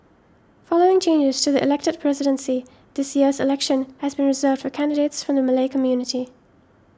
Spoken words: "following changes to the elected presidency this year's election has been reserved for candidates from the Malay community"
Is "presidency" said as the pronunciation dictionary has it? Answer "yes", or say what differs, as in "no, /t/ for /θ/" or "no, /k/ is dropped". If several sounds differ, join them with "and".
yes